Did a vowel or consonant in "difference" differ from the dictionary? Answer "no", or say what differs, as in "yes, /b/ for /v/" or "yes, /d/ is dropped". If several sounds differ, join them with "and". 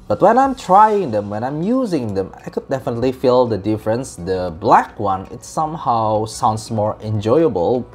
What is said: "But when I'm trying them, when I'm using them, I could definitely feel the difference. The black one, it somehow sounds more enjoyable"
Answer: no